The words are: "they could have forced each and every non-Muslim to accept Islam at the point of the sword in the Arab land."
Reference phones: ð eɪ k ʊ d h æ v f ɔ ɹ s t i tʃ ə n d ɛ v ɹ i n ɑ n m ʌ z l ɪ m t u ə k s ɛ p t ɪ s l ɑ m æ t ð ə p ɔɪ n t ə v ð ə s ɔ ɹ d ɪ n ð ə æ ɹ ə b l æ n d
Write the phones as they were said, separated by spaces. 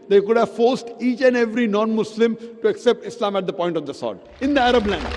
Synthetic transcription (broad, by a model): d eɪ k ʊ d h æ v f ɔ ɹ s t i tʃ ə n d ɛ v ɹ i n ɑ n m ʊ s l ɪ m t u ə k s ɛ p t ɪ s l ɑ m æ t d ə p ɔɪ n t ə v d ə s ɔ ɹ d ɪ n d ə æ ɹ ə b l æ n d